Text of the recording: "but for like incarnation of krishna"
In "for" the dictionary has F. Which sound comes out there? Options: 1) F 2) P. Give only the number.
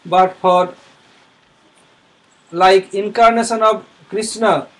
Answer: 2